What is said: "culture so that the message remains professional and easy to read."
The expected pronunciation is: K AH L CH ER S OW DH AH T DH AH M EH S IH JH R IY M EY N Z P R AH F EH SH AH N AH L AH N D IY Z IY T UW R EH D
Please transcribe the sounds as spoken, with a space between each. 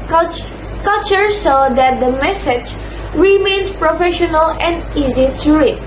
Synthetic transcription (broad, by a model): K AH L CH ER S OW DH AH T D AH M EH S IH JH R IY M EY N S P R AH F EH SH AH N AH L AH N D IY Z IY T UW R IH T